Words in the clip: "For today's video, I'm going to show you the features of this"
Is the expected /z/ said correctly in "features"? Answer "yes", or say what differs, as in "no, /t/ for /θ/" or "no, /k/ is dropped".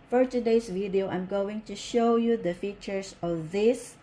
no, /s/ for /z/